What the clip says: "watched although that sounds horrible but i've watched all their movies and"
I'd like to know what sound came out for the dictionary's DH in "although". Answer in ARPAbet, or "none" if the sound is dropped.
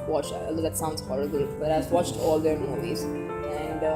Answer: none